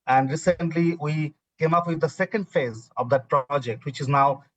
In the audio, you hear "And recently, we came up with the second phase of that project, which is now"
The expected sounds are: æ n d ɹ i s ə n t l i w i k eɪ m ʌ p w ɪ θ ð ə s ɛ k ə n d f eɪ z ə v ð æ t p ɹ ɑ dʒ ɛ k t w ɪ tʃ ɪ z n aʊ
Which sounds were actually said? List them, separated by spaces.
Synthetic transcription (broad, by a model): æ n d ɹ i s ə n t l i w i k eɪ m ʌ p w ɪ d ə s ɛ k ə n d f eɪ z ə v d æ t p ɹ ɑ dʒ ɛ k t w ɪ tʃ ɪ z n aʊ